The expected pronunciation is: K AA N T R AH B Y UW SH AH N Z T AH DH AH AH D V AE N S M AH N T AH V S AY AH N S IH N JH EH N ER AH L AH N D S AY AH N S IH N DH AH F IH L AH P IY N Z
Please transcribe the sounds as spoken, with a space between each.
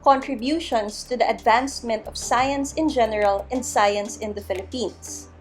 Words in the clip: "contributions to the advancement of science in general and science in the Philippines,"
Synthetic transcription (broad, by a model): K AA N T R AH B Y UW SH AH N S T AH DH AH AH D V AE N S M AH N T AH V S AY AH N S IH N JH EH N ER AH L AH N D S AY AH N S IH N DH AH F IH L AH P IY N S